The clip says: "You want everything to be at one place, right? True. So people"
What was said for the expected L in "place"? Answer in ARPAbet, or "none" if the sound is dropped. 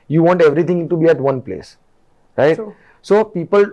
L